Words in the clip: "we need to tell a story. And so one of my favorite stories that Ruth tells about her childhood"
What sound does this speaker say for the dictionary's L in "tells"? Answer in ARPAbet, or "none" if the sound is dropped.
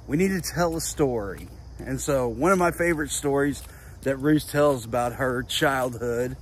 L